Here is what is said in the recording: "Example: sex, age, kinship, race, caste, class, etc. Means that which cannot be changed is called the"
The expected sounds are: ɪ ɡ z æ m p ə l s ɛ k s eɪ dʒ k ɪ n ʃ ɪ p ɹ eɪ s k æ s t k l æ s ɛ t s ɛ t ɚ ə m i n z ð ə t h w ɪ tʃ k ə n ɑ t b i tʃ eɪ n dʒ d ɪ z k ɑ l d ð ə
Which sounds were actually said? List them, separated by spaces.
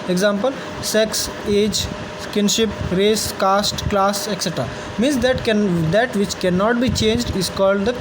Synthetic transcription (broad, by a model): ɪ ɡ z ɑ m p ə l s ɛ k s eɪ dʒ k ɪ n ʃ ɪ p ɹ eɪ s k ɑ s t k l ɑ s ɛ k s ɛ t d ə m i n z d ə t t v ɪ tʃ k ə n ɑ t b i tʃ eɪ n dʒ d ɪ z k ɑ l d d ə